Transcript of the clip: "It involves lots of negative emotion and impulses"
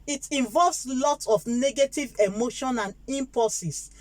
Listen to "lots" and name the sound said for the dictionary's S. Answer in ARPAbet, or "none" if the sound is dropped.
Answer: none